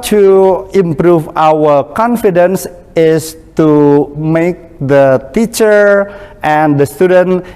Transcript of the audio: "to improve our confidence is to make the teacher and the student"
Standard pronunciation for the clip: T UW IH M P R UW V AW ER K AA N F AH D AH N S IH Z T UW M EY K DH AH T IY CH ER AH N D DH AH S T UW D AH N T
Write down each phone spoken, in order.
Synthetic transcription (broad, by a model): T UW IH M P R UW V AW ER K AA N F AH D AH N S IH S T UW M EY K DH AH T IY CH ER AH N D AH S T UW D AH N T